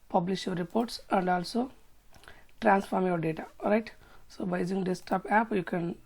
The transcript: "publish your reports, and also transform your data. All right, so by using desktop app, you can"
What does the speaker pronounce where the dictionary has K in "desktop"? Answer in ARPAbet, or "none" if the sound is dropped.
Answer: none